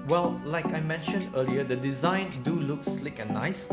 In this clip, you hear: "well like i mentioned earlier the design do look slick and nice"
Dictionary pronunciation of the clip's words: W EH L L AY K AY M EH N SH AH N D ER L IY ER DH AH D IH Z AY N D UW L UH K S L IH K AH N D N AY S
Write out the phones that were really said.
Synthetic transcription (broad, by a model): W EH L L AY K AY M EH N SH AH N D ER L IY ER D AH D IH Z AY N D UW L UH K S L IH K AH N N AY S